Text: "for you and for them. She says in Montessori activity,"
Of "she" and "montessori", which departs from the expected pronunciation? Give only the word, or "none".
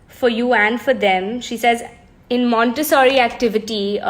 none